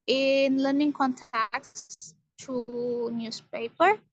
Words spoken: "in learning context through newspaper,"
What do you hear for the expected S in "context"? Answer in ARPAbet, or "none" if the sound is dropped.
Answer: none